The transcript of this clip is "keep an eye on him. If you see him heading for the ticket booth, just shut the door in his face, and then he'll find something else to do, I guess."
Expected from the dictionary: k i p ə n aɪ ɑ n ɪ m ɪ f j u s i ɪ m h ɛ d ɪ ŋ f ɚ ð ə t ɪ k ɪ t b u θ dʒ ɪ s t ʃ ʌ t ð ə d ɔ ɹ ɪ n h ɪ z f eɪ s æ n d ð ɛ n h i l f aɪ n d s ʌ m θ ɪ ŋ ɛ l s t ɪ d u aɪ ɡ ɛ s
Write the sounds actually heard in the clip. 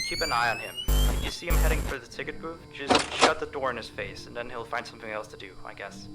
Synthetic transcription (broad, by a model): k i p ə n aɪ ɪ n ɪ m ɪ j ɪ s i ɪ m h ɛ d ɪ ŋ f ɚ ð ə t ɪ k ɪ t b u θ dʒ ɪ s ʃ ʌ t ð ə d ɔ ɹ ɪ n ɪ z f eɪ s n ð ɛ n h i l f aɪ n d s ʌ m θ ɪ ŋ ɛ l s t ɪ d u aɪ ɡ ɛ s